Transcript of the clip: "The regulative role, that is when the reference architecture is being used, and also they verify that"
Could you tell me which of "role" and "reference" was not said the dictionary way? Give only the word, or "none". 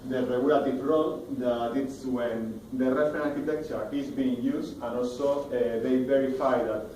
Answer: reference